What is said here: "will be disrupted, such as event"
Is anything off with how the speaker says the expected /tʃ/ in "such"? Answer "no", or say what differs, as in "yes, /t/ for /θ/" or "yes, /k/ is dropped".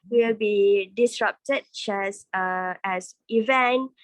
yes, /s/ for /tʃ/